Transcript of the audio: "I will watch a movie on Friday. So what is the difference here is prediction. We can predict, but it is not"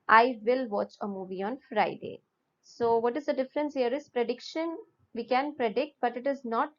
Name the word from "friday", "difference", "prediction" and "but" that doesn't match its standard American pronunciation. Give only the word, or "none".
none